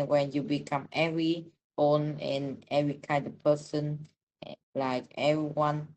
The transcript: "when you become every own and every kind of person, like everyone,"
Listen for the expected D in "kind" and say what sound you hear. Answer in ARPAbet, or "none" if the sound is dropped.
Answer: D